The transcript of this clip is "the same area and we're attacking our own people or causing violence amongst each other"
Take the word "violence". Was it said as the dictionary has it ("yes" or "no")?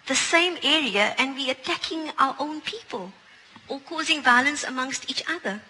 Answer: yes